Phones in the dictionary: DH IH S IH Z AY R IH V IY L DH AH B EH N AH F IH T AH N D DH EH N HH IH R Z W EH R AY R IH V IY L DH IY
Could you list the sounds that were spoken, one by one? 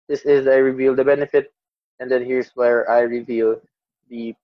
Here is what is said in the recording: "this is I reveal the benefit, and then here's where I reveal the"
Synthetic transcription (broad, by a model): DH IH S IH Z AY R IH V IY L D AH B EH N AH F IH T AH N D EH N HH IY R S W EH R AY R IH V IY L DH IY